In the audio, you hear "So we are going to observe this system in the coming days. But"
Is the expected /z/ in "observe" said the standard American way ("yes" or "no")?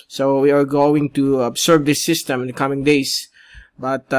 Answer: no